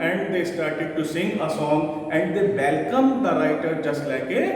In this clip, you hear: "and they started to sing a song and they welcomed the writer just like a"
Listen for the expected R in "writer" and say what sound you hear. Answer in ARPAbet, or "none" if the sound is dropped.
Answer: R